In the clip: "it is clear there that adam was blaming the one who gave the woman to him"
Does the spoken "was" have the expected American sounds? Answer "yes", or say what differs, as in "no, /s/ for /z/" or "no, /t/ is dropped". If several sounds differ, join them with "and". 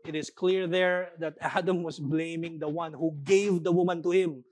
no, /s/ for /z/